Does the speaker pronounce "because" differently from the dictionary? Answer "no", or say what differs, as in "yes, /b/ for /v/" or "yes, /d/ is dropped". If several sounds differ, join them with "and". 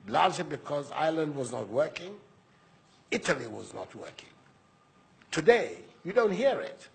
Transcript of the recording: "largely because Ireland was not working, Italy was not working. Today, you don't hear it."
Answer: no